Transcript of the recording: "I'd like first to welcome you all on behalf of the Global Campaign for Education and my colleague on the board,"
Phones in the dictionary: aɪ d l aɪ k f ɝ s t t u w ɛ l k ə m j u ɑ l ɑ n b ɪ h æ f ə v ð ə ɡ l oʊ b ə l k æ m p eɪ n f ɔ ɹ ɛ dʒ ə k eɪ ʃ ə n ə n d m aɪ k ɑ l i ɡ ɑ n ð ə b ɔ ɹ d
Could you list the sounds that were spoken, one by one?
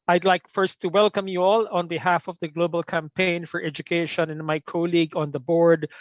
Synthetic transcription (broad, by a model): aɪ d l aɪ k f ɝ s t t u w ɛ l k ə m j u ɑ l ɑ n b ɪ h æ f ə v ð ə ɡ l oʊ b ə l k æ m p eɪ n f ɔ ɹ ɛ dʒ ə k eɪ ʃ ə n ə n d m aɪ k ɑ l i ɡ ɑ n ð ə b ɔ ɹ d